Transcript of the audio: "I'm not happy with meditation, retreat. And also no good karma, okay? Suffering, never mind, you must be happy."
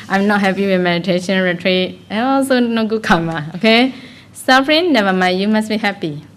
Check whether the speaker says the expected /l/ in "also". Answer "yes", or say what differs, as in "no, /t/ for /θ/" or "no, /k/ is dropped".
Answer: yes